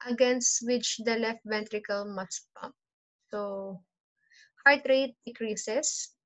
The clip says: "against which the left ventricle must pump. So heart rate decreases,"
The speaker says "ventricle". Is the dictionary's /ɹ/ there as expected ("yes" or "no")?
yes